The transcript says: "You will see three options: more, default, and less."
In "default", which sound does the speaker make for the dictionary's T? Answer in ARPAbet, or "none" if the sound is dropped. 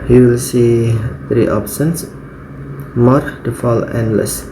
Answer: none